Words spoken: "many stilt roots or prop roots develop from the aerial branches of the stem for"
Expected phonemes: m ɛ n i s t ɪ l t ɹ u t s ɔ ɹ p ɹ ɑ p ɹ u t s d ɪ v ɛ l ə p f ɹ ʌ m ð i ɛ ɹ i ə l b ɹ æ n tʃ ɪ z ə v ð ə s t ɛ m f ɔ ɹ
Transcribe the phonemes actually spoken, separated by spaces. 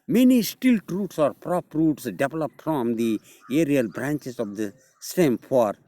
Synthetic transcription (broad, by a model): m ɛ n i s t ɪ l t ɹ u t s ɔ ɹ p ɹ ɑ p ɹ u t s d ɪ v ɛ l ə p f ɹ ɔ m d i ɛ ɹ i ə l b ɹ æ n tʃ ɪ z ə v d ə s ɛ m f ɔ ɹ